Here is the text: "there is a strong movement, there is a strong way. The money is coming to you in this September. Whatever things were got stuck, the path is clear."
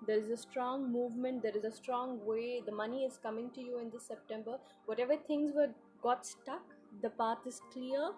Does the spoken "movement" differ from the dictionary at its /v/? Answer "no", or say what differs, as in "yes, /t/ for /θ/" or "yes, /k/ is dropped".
no